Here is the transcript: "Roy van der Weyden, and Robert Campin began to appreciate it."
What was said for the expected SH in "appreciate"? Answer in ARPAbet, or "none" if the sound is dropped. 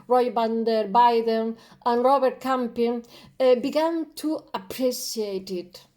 S